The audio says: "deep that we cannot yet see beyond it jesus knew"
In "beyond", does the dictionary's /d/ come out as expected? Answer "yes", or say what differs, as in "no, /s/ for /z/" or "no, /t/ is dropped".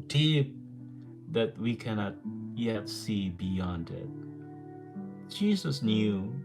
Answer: yes